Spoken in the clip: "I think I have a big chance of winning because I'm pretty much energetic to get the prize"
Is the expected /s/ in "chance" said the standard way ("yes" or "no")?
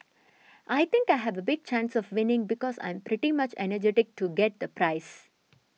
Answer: yes